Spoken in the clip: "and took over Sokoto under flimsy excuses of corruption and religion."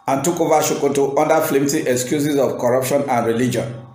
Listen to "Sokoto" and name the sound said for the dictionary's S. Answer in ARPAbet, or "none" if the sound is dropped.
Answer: SH